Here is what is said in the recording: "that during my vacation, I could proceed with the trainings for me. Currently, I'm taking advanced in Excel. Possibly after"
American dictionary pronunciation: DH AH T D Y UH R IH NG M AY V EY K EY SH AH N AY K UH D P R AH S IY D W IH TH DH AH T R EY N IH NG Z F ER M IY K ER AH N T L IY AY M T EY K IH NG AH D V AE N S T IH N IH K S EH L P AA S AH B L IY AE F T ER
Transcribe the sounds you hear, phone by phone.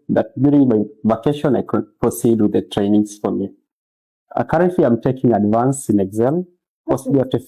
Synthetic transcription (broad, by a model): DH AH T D Y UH R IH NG M AY V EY K EY SH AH N AY K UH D P R AH S IY D W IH DH AH T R EY N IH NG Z F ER M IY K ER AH N T L IY AY M T EY K IH NG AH D V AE N S IH N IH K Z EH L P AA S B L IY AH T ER